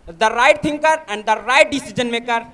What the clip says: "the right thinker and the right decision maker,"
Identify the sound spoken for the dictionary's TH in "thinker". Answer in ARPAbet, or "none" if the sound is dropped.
T